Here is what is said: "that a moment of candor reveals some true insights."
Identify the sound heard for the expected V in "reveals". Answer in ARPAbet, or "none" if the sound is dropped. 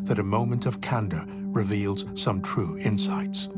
V